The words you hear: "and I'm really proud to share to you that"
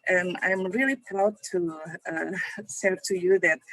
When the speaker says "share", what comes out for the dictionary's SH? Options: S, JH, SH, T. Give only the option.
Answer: S